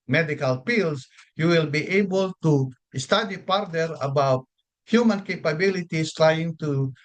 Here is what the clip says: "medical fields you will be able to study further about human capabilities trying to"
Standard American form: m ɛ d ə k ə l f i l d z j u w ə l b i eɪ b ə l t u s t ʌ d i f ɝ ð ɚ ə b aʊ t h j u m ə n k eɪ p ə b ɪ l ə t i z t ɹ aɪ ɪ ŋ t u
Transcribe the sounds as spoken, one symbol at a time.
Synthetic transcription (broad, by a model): m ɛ d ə k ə l p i l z j u w ə l b i eɪ b ə l t u s t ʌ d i p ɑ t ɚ ə b aʊ t h j u m ə n k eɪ p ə b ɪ l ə t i s t ɹ aɪ ɪ ŋ t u